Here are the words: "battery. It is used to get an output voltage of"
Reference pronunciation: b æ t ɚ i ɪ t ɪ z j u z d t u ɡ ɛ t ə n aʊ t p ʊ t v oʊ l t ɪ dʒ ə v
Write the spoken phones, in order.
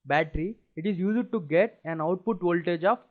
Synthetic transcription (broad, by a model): b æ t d i ɪ t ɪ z j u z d t u ɡ ɛ t ə n aʊ t p ʊ t v oʊ l t ɪ dʒ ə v